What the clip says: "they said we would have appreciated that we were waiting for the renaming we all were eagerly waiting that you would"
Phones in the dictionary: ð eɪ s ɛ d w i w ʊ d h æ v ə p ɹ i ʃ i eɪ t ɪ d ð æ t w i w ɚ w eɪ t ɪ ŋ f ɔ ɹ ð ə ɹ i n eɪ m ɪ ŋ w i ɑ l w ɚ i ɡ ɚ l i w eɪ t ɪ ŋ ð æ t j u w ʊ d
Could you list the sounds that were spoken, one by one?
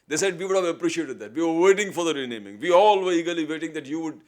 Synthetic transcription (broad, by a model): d eɪ s ɛ d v i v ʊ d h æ v ə p ɹ i ʃ i eɪ t ɪ d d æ t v i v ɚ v eɪ t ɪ ŋ f ɔ ɹ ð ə ɹ i n eɪ m ɪ ŋ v i ɑ l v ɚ i ɡ ɚ l i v eɪ t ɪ ŋ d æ t j u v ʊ d